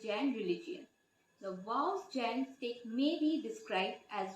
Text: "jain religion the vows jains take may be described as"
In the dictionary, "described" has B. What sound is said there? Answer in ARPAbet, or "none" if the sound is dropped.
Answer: B